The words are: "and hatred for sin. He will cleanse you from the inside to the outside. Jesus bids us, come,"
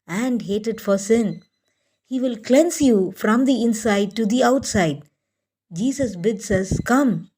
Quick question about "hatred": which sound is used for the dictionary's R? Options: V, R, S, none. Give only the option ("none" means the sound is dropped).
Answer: none